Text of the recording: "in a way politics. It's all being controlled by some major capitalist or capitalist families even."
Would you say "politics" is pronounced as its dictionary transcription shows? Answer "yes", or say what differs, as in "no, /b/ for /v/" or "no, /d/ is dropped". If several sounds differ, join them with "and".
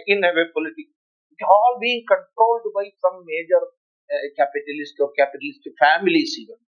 no, /s/ is dropped